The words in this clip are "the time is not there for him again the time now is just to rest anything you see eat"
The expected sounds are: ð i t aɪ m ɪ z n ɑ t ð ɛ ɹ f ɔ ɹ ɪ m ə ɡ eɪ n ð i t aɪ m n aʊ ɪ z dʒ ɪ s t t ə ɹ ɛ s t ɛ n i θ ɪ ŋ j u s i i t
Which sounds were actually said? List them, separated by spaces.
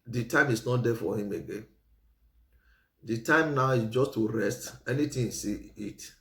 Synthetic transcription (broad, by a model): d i t aɪ m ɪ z n ɑ t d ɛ f ɔ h ɪ m ə ɡ eɪ n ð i t aɪ m n aʊ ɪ dʒ ɪ s t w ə ɹ ɛ s t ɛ n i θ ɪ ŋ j s i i t